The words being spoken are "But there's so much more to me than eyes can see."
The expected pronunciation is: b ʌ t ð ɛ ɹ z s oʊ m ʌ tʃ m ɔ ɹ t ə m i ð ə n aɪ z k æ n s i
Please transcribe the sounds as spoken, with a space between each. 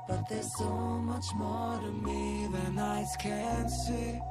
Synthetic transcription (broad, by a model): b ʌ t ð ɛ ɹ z s oʊ m ʌ tʃ m ɔ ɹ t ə m i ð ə n aɪ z k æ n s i